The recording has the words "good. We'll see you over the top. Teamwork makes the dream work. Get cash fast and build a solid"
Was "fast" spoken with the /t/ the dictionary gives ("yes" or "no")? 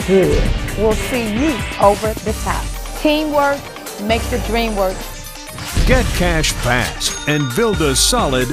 no